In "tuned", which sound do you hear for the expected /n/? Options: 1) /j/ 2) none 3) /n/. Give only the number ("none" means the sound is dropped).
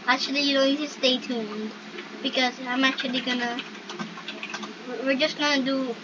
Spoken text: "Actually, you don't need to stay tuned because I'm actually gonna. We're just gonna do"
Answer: 3